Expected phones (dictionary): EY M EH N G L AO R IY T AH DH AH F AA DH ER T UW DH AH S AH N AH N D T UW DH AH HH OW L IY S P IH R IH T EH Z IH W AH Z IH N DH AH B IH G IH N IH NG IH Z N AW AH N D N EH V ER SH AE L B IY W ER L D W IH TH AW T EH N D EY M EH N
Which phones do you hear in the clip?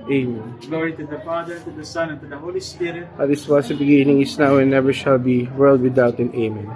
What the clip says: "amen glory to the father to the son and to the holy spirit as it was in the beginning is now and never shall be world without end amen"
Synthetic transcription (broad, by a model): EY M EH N G L AO R IY T AH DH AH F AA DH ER T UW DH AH S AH N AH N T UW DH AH HH OW L IY S P IH R IH T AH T IH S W IH N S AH B IH G IH N IH NG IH S N AW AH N N EH V ER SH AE L B IY W ER L D W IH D AW T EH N EY M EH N